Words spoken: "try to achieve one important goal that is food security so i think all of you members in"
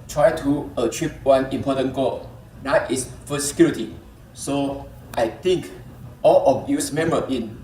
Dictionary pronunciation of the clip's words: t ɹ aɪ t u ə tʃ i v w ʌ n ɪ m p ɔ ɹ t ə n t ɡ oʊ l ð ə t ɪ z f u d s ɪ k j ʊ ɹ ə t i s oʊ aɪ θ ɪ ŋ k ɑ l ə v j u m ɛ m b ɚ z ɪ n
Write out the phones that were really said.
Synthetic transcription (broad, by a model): t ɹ aɪ t u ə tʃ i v w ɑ n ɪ m p ɔ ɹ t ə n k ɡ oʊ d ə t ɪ s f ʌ s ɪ k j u ɹ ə t i s oʊ aɪ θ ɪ ŋ k ɑ l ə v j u m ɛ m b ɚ ɪ n